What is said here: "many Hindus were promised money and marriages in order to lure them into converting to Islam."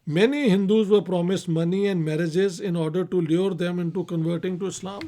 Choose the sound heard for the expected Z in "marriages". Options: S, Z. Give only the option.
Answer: Z